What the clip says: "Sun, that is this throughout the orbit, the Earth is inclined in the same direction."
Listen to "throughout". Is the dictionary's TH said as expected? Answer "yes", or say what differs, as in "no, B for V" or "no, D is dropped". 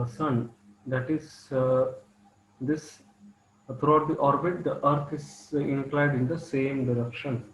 no, T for TH